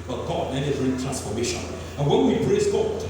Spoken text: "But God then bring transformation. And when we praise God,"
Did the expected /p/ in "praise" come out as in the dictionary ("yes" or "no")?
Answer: no